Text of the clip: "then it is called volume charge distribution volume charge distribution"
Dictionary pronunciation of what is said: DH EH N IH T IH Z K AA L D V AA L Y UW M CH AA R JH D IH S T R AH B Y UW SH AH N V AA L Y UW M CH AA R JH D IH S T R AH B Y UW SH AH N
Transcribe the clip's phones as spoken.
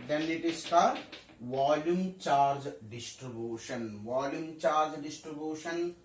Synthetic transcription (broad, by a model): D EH N IH T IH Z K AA D V AA L Y UW M CH AA R JH D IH S T R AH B Y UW SH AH N V AA L Y UW M CH AA R JH D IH S T R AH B Y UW SH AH N